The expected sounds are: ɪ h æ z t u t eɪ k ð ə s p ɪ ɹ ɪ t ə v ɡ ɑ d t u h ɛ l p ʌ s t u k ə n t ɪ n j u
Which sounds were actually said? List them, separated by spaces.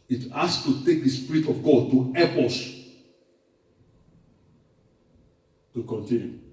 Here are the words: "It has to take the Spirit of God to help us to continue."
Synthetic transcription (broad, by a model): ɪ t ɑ s t u t eɪ k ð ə s p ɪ ɹ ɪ t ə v ɡ ɑ d t u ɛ p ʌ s t u k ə n t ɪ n j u